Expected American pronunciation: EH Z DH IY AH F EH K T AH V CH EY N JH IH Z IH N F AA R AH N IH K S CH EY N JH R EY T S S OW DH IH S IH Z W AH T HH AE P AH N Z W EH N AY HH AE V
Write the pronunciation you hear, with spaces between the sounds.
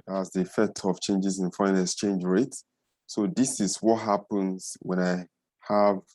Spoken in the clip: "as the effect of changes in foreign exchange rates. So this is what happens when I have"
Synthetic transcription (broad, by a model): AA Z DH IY AH F EH K T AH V CH EY N JH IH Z IH N F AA AH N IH S CH EY N JH R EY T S S OW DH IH S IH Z W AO T HH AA P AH N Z W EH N AY HH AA V